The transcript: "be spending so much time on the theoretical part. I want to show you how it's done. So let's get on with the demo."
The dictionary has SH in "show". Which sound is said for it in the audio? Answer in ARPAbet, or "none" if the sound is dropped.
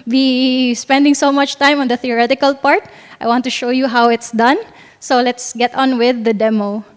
SH